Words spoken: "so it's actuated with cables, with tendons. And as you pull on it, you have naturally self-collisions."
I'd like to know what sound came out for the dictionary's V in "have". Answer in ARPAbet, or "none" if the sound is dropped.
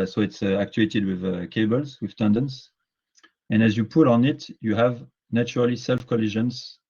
V